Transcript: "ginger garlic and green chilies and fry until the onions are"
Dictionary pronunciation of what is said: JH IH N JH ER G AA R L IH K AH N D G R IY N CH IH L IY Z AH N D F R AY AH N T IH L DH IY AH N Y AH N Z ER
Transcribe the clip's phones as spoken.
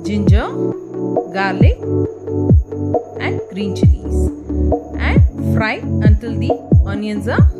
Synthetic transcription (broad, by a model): JH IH N JH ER G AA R L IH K AH N D G R IY N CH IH N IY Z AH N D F R AY AH N T IH L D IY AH N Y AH N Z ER